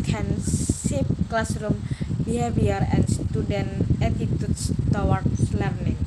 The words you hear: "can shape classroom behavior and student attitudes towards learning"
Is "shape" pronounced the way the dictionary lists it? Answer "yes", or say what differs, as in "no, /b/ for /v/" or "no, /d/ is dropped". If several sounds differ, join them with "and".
no, /s/ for /ʃ/